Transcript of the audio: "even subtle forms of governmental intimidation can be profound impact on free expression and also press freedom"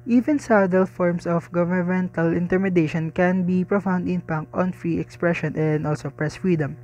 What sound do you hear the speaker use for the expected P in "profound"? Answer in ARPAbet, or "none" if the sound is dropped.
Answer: P